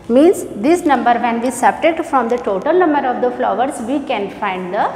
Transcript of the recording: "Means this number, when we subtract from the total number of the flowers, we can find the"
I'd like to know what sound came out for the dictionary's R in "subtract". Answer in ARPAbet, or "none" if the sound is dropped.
none